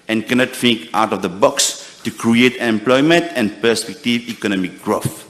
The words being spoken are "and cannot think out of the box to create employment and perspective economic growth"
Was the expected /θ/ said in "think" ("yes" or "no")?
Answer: no